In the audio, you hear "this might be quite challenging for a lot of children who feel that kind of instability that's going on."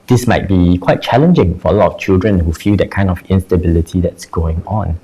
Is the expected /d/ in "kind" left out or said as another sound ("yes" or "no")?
no